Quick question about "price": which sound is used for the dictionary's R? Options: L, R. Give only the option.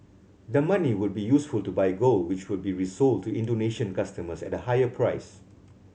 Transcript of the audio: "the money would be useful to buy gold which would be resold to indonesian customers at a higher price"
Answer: R